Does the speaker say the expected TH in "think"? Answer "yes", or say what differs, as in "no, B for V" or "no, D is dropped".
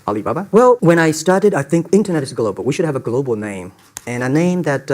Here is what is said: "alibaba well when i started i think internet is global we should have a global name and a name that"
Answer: yes